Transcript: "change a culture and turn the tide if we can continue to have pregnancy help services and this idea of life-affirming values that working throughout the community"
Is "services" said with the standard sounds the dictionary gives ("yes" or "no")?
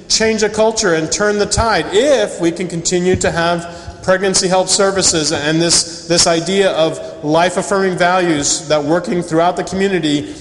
yes